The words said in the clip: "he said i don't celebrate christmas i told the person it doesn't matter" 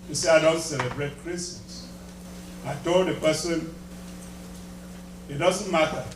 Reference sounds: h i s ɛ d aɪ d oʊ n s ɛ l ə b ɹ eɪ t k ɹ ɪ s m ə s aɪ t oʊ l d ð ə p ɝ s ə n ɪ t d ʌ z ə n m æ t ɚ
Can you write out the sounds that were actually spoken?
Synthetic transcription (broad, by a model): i s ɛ aɪ d oʊ n s ɛ l ə b ɹ eɪ t k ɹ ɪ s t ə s aɪ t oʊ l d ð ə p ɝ s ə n ɪ t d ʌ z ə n m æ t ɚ